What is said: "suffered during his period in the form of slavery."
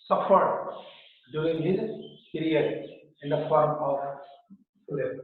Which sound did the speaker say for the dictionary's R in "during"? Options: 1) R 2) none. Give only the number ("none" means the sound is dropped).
2